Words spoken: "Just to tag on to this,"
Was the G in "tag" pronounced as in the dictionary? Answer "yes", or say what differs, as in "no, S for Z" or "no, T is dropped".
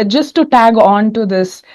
yes